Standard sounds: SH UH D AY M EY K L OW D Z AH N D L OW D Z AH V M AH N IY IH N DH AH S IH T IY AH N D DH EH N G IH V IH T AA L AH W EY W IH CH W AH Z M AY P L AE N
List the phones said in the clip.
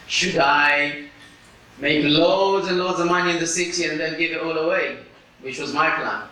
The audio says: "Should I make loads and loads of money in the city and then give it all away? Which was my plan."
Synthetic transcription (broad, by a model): SH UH D AY M EY K L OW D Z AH N L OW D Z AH M AH N IY IH N DH AH S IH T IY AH N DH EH N G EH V IH T AA L AH W EY W IH CH W AH Z M AY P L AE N